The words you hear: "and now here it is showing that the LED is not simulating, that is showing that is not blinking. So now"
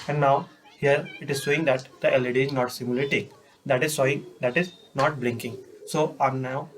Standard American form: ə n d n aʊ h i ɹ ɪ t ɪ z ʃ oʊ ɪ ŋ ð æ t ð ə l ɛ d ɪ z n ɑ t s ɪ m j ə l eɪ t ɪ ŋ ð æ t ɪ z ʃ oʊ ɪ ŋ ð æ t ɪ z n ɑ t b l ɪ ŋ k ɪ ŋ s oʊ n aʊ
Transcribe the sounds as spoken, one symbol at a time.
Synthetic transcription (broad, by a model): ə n d n aʊ h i ɹ ɪ t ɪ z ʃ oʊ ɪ ŋ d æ t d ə l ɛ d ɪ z n ɑ t s ɪ m j ə l eɪ t ɪ ŋ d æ t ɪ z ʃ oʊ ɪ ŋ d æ t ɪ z n ɑ t b l ɪ ŋ k ɪ ŋ s oʊ n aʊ